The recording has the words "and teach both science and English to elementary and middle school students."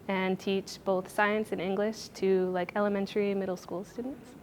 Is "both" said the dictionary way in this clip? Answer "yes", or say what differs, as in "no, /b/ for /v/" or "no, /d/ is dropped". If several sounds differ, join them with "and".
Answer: yes